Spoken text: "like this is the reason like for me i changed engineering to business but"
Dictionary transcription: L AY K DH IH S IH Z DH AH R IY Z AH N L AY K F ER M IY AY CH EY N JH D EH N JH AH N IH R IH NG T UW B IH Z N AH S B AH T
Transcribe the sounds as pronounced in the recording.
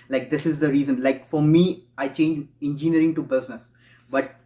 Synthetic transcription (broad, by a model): L AY K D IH S IH Z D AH R IY Z AH N L AY K F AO M IY AY CH EY N JH EH N JH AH N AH R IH NG T UW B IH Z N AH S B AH T